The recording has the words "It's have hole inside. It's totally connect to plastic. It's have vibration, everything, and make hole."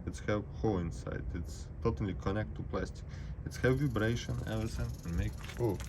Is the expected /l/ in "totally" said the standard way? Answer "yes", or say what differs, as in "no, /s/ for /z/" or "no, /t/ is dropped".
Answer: yes